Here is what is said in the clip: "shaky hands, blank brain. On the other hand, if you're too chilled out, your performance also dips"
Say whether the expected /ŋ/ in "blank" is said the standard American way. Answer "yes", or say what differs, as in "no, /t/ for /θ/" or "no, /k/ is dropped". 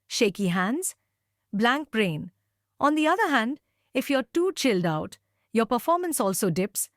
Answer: yes